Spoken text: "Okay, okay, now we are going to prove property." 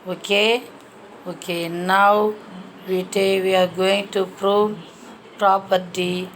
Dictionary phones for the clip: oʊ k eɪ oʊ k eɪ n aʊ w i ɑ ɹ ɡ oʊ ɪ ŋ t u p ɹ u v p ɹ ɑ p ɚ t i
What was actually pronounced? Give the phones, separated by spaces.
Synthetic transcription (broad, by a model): oʊ k eɪ oʊ k eɪ n aʊ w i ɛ w ɡ oʊ ɪ ŋ t u p ɹ u v p ɹ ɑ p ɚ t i